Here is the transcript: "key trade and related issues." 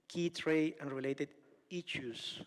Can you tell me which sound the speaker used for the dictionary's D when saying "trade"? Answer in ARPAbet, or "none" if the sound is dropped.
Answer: none